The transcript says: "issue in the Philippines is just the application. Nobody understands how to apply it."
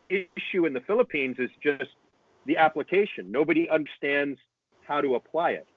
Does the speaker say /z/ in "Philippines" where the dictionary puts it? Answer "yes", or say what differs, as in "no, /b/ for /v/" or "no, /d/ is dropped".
yes